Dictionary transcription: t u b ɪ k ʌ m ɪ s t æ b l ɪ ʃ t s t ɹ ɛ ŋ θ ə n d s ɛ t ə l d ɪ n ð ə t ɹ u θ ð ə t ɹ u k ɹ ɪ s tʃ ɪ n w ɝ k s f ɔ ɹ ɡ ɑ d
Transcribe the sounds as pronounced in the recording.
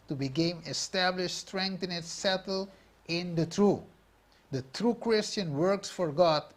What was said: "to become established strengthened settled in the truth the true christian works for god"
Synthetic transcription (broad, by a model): t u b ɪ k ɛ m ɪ s t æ b l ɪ ʃ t s t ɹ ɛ ŋ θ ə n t s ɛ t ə l ɪ n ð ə t ɹ u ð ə t ɹ u k ɹ ɪ s tʃ ɪ n w ɝ k s f ɔ ɹ ɡ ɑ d